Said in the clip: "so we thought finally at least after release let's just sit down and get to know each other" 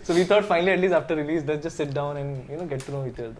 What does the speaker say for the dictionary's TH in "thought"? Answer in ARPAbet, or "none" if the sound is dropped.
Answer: T